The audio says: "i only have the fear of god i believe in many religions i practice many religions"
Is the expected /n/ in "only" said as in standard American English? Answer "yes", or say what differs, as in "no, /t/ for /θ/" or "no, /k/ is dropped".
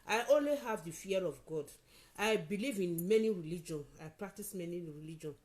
yes